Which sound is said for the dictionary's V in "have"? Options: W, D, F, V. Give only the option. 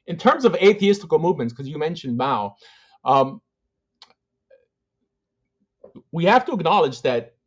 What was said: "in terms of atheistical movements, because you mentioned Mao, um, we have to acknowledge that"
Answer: F